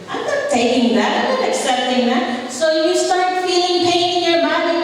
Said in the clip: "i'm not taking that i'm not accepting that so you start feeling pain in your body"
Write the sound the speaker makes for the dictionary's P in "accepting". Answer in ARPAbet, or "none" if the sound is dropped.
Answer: none